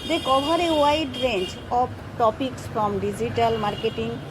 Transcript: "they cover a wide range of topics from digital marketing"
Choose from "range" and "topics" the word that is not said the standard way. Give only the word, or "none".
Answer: range